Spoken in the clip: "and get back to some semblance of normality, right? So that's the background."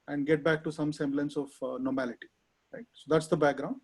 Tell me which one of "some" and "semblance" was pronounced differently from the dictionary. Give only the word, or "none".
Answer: none